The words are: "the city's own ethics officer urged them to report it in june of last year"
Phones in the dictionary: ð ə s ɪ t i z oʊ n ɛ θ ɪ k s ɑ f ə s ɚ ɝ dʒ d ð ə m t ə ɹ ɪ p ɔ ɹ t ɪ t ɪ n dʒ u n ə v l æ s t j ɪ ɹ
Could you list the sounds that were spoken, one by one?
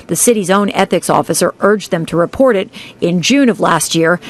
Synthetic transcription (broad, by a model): ð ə s ɪ t i z oʊ n ɛ θ ɪ k s ɑ f ə s ɚ ɝ dʒ ð ə m t ə ɹ ɪ p ɔ ɹ t ɪ t ɪ n dʒ u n ə v l æ s t j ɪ ɹ